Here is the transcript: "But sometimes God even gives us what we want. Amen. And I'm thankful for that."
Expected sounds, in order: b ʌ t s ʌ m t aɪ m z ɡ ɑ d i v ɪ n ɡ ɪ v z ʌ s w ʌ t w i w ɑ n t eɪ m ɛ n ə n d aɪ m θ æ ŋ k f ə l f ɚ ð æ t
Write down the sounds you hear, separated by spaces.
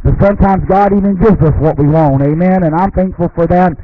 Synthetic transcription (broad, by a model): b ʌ t s ʌ m t aɪ m z ɡ ɑ d i v ɪ n ɡ ɪ v z ʌ s w ʌ t w i w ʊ n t eɪ m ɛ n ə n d aɪ m θ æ ŋ k f l f ɚ ð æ t